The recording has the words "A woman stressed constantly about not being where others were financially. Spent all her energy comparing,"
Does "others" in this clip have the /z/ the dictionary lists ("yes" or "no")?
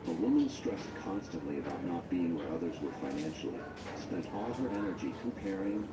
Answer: yes